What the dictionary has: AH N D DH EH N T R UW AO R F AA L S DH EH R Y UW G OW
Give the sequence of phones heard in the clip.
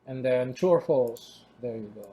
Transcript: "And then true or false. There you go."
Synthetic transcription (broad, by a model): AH N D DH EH N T UW AO R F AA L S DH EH R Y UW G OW